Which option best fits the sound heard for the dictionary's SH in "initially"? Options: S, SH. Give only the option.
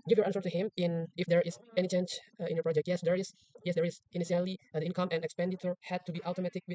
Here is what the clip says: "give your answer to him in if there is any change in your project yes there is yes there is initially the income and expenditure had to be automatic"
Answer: S